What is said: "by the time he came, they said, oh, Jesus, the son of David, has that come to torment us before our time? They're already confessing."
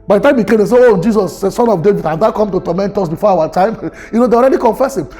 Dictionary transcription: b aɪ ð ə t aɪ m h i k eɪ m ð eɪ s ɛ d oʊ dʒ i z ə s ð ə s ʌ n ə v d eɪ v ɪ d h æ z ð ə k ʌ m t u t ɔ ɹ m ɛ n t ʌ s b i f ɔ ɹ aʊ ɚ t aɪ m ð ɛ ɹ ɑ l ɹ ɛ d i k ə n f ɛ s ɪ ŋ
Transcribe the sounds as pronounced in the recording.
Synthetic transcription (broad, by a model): b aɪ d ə t aɪ m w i k eɪ m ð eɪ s ɛ oʊ dʒ i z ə s s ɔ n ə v d eɪ v ɪ d h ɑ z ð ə k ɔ m t u t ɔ m ɛ n t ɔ s b i f ɔ aʊ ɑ t aɪ m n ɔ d ɑ l ɹ ɛ d i k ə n f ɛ s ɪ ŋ